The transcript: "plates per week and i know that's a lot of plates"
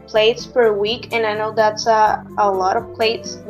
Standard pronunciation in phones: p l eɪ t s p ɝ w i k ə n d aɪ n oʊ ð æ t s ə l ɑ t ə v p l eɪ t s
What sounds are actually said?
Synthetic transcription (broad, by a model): p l eɪ t s f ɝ w i k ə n aɪ n oʊ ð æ t s ə l ɑ t ə v p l eɪ t s